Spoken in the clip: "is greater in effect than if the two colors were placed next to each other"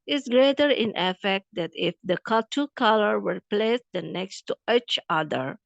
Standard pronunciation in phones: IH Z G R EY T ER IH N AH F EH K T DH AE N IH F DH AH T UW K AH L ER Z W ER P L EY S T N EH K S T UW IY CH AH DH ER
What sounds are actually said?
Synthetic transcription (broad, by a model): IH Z G R EY T ER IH N AH F EH K T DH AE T IH F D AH T UW K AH L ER W ER P L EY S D N EH K S T UW IY CH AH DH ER